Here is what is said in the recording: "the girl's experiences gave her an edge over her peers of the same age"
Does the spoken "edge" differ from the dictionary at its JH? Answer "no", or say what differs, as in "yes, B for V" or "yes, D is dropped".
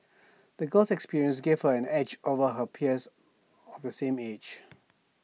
no